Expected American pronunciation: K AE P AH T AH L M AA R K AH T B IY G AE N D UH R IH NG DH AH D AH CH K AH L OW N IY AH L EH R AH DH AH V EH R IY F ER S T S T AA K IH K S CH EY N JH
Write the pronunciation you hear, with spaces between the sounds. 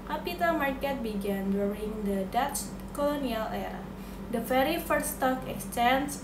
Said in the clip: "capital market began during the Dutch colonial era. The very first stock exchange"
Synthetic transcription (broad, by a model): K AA P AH T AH M AA R K AH T B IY G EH N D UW R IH NG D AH D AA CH K AH L OW N IY AH L EH R AH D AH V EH R IY F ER T S T AA K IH K S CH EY N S